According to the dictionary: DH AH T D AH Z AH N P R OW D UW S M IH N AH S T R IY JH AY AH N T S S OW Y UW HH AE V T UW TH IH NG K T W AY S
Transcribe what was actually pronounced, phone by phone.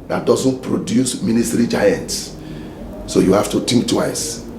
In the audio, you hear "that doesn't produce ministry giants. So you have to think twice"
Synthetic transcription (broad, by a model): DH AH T D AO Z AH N P R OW D UW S M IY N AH S T R IY JH AY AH N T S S OW Y UW HH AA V T UW T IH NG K T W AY S